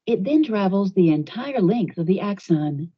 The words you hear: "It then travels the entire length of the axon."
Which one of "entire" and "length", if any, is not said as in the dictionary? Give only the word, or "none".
none